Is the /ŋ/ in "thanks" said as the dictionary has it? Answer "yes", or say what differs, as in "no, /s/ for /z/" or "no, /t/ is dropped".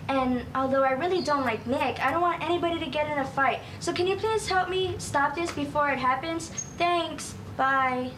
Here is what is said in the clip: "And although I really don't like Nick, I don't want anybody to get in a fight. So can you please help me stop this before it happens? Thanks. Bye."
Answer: yes